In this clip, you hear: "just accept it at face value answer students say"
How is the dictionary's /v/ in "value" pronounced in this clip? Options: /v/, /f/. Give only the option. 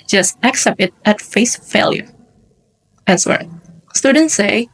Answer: /f/